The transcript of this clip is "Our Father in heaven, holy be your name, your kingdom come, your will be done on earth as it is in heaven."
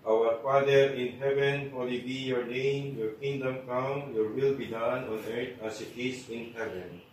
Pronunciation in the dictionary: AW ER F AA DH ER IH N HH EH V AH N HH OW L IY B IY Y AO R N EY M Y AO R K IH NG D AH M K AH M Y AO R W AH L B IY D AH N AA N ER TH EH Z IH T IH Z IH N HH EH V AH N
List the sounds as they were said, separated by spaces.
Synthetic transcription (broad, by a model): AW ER F AA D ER IH N HH EH V AH N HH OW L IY B IY Y AO R N EY M Y AO R K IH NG D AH M K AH M Y AO R W AH L B IY D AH N AA N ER T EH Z IH T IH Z IH N HH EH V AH N